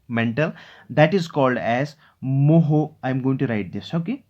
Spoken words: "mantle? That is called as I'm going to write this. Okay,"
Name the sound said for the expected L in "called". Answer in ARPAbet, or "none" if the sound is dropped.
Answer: L